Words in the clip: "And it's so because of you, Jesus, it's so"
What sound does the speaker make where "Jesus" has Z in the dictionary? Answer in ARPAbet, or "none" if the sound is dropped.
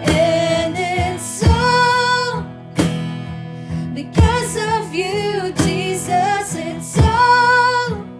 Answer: Z